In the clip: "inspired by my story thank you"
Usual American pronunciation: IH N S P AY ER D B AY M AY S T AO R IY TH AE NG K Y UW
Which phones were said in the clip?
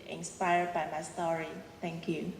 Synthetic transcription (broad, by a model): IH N S P AY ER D B AY M AY S T AO R IY T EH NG K Y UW